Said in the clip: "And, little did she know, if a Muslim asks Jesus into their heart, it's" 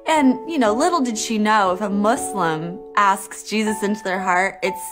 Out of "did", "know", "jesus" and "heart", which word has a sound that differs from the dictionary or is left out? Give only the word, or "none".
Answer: none